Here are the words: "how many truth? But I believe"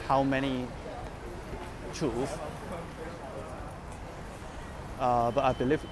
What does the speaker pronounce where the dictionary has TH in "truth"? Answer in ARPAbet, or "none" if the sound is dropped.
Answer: F